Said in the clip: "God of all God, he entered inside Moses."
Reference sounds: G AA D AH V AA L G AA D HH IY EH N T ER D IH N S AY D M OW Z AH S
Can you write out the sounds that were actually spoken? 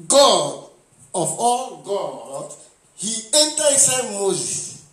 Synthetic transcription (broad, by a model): G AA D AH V AA L G AA D HH IY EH N T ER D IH S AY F M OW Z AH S